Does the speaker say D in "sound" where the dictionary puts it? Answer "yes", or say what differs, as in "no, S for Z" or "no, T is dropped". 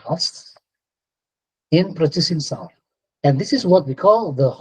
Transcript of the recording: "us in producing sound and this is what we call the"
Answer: no, D is dropped